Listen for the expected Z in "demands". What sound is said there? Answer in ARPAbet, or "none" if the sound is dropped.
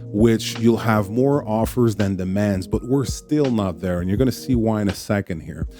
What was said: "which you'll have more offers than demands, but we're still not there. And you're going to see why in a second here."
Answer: Z